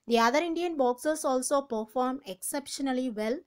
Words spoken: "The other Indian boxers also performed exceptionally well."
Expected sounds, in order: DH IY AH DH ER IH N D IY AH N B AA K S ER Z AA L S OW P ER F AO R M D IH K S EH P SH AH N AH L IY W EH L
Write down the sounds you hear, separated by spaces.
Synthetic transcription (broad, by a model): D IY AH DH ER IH N D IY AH N B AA K S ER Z AA L S OW P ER F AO R M IH K S EH P SH AH N AH L IY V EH L